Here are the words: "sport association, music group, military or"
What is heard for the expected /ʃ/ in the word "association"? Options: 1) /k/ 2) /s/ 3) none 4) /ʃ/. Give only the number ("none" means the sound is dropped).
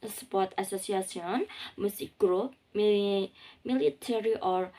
2